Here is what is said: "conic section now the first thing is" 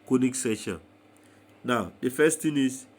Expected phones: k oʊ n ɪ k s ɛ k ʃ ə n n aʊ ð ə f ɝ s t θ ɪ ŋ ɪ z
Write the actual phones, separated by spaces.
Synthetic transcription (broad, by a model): k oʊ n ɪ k s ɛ ʃ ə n n aʊ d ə f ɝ s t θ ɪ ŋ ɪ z